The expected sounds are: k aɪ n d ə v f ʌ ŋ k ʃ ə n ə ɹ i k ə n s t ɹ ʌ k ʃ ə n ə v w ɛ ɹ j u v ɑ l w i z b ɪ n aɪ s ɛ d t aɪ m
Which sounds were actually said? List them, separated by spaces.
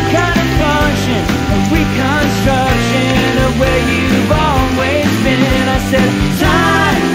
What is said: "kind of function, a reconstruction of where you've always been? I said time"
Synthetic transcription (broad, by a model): k aɪ n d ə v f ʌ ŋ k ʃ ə n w i k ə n s t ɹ ʌ k ʃ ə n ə w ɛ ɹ j u v ɑ l w i z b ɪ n aɪ s ɛ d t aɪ